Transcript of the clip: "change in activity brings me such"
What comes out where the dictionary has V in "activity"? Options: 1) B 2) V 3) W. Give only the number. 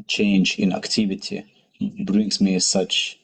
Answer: 2